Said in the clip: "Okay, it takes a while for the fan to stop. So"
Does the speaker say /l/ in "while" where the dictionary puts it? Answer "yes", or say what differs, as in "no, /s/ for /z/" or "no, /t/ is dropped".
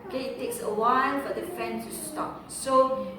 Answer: no, /n/ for /l/